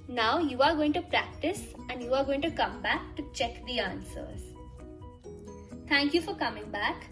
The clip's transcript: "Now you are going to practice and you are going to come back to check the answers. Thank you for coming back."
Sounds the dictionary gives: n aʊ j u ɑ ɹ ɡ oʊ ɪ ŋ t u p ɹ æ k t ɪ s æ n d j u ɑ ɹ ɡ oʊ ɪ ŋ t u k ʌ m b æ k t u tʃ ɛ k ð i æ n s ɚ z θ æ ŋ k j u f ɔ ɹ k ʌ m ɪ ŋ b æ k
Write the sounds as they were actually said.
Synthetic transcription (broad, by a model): n aʊ j u ɑ ɹ ɡ oʊ ɪ ŋ t u p ɹ æ k t ɪ s æ n d j u ɑ ɹ ɡ oʊ ɪ ŋ t u k ʌ m b æ k t u tʃ ɛ k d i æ n s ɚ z t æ ŋ k j u f ɔ ɹ k ʌ m ɪ ŋ b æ k